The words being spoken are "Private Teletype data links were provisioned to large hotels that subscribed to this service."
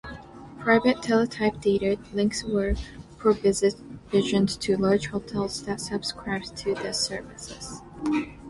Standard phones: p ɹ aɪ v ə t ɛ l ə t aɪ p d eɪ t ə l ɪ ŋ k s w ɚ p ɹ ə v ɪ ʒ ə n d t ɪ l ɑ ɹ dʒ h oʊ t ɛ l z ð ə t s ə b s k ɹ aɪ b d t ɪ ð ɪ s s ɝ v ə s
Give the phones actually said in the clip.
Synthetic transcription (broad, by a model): p ɹ aɪ v ə t ɛ l ə t aɪ p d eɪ t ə l ɪ ŋ k s w ɚ p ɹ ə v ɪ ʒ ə n t ɪ l ɑ ɹ dʒ h oʊ t ɛ l z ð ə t s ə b s k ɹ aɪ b t ɪ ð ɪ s s ɝ v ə s